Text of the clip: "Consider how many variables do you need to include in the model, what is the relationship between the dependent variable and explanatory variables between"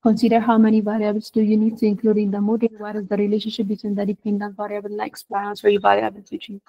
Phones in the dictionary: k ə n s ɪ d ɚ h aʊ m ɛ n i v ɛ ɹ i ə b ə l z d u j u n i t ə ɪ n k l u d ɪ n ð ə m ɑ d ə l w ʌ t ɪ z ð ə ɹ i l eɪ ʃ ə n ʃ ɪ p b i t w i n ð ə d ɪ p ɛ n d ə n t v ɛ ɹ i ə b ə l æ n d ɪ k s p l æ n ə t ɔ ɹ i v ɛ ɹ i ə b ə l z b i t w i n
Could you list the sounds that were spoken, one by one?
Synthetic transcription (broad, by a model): k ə n s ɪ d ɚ h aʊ m ɛ n i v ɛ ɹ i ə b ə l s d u j u n i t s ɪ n k l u d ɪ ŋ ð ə m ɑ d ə n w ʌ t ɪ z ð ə ɹ i l eɪ ʃ ə n ʃ ɪ p b i t w i n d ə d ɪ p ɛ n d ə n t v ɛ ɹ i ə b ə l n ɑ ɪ k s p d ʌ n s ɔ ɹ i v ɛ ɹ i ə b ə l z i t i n